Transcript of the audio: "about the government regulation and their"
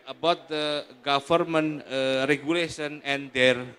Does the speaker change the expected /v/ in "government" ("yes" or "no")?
yes